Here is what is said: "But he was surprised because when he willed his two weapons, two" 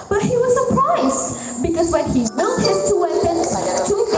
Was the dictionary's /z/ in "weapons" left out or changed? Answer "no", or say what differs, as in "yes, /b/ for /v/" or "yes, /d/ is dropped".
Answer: yes, /z/ is dropped